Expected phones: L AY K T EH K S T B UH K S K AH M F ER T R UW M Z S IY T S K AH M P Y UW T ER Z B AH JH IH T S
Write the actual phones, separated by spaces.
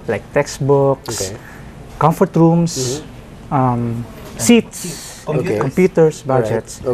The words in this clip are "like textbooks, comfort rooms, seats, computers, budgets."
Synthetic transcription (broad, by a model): L AY K T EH K S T B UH K S K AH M F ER T R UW M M S IY T S K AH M P Y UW T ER S B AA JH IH T S